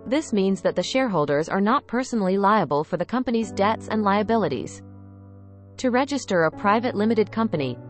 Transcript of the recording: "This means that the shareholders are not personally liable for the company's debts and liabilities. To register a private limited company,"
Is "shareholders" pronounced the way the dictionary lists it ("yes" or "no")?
yes